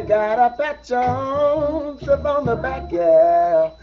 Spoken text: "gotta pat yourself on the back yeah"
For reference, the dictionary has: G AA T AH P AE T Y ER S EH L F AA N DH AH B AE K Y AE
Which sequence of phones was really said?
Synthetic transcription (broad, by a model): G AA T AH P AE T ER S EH F AA N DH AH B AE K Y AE